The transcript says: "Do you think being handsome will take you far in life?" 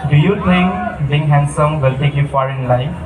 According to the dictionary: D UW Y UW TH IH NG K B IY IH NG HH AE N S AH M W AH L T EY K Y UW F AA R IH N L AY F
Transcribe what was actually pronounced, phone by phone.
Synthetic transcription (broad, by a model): D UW Y UW T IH NG K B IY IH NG HH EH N S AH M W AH L T EY K Y UW F AA R IH N L AY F